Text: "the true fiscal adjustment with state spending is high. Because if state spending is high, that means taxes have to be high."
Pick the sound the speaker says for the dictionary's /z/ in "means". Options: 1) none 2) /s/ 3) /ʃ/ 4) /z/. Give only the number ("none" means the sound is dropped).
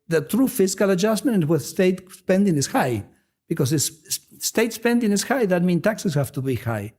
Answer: 1